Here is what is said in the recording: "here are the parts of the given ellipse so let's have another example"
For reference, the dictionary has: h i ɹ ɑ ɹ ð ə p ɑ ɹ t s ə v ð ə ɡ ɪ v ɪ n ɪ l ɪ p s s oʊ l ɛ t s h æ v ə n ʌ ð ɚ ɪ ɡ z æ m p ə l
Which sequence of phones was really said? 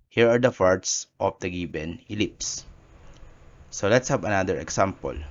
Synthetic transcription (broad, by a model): h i ɹ ɑ ɹ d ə f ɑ ɹ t s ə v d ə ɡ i b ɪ n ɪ l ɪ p s s oʊ l ɛ t s h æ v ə n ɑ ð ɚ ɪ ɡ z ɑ m p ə l